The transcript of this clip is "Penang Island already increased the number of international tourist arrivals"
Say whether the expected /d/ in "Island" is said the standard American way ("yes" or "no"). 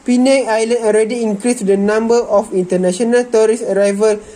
no